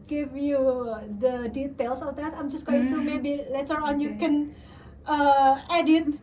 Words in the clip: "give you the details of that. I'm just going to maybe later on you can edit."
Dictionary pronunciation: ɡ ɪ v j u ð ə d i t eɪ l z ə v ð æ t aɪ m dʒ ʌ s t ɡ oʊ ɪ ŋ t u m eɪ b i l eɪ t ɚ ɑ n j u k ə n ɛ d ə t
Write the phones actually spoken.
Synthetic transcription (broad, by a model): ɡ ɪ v j u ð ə d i t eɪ l s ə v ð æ t aɪ m dʒ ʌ s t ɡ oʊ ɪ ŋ t u m eɪ b i l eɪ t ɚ ɑ n j u k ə n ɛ d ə t